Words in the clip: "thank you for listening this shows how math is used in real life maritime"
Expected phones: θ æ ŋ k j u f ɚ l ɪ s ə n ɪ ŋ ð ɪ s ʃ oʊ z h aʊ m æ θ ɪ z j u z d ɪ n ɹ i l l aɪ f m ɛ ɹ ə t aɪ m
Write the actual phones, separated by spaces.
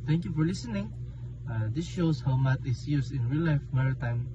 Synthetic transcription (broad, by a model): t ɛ ŋ k j u f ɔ l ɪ s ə n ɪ ŋ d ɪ s ʃ oʊ s h aʊ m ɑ t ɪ s j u s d ɪ n ɹ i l l aɪ f m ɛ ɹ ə t aɪ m